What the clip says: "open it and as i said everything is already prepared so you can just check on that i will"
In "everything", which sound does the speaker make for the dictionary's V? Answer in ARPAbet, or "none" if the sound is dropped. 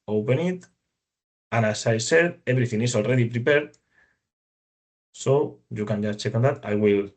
B